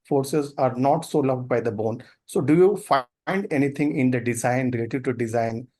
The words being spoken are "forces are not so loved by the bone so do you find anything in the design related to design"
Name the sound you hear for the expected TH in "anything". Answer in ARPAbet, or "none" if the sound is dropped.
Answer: T